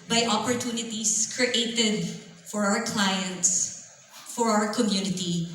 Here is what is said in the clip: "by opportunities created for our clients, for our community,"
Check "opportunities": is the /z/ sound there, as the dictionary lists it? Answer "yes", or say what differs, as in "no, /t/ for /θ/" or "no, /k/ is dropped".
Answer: no, /s/ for /z/